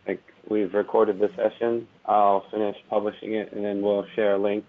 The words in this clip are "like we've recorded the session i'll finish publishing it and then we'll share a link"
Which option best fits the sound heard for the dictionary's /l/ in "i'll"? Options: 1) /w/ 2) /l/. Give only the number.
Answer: 2